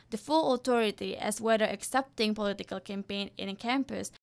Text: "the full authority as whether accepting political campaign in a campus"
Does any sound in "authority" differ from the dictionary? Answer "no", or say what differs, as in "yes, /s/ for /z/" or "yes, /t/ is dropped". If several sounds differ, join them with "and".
yes, /t/ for /θ/